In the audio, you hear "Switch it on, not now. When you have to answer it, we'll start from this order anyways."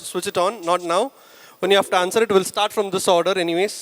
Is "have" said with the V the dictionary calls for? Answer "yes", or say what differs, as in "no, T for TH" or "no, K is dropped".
no, F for V